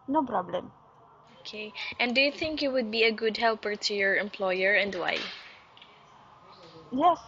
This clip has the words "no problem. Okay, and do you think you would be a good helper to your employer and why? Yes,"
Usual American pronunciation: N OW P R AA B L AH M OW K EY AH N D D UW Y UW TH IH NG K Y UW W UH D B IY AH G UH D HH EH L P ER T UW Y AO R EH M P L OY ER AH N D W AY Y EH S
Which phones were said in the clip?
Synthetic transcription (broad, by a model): N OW P R AA B L AH M OW K EY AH N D D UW Y UW TH IH NG K Y UW W UH D B IY AH G UH D HH EH L P ER T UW Y AO R EH M P L OY ER AH N D W AY Y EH S